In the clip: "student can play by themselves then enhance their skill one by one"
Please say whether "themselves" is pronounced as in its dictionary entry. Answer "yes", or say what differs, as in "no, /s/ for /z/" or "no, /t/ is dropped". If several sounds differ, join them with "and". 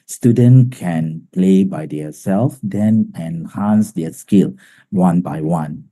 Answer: no, /m/ is dropped